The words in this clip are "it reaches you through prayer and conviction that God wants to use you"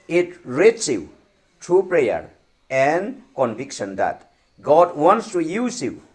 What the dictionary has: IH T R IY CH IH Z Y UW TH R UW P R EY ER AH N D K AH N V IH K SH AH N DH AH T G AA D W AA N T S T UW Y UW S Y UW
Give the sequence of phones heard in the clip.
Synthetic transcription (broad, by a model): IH T R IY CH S Y UW T R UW P R EY ER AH N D K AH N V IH K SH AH N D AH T G AA D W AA N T S T UW Y UW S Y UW